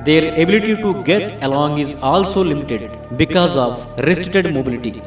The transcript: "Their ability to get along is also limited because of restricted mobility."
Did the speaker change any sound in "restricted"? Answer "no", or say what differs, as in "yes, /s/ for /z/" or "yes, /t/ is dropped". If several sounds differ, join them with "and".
yes, /k/ is dropped